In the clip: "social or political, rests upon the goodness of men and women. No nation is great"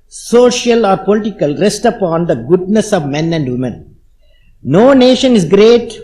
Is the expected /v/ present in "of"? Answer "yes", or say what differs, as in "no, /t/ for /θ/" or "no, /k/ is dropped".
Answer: yes